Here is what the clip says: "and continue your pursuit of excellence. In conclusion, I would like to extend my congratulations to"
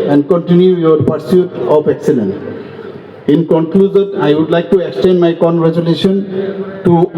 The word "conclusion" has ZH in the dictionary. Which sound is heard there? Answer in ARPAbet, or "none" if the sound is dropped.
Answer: Z